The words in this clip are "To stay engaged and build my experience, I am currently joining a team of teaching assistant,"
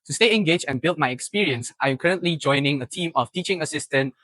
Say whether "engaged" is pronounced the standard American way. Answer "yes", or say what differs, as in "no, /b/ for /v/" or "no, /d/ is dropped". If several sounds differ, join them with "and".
no, /d/ is dropped